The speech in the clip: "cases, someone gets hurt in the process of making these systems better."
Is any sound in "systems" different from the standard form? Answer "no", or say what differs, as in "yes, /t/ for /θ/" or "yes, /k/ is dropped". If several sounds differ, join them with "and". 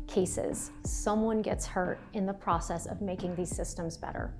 no